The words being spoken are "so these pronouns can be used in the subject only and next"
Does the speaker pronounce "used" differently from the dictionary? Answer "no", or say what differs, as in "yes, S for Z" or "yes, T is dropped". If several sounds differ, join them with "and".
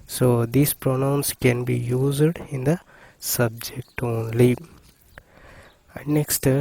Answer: no